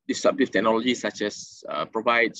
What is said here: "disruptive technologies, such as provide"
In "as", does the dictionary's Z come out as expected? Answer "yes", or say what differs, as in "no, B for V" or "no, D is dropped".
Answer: no, S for Z